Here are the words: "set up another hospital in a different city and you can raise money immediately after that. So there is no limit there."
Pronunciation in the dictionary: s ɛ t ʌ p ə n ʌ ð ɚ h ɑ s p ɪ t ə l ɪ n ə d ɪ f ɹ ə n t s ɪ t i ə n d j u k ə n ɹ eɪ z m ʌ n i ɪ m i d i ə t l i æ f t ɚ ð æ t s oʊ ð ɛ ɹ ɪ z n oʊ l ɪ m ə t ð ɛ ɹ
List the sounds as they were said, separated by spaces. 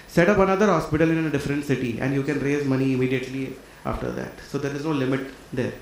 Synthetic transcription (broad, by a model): s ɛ t ʌ p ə n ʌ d ɚ h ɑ s p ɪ t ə l ɪ n ə d ɪ f ɹ ə n t s ɪ t i ə n d j u k ə n ɹ eɪ z m ʌ n i ɪ m i d i ə t l i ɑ f t ɚ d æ t s oʊ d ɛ ɹ ɪ z n oʊ l ɪ m ə t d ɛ ɹ